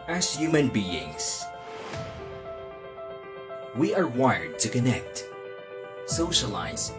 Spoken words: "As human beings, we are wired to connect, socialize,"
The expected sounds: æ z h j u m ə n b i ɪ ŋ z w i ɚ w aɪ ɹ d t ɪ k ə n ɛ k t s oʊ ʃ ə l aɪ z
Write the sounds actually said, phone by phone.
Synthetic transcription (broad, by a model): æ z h j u m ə n b i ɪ ŋ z w i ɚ w aɪ ɹ d t ɪ k ə n ɛ k t s oʊ ʃ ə l aɪ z